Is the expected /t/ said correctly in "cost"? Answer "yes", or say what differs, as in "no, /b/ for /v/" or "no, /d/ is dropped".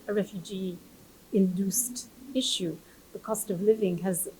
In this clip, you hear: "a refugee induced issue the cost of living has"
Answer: yes